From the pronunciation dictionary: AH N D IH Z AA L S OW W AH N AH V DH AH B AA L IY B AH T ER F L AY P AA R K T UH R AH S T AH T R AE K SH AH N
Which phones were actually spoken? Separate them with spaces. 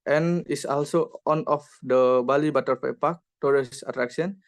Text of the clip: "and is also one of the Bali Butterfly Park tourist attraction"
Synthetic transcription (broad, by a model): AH N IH S AA L S OW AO N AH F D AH B AA L IY B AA T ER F AY P AA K T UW R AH S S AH T R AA K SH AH N